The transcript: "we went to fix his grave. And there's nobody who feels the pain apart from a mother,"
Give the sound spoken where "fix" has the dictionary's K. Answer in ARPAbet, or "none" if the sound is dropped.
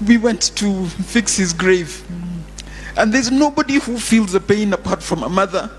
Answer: K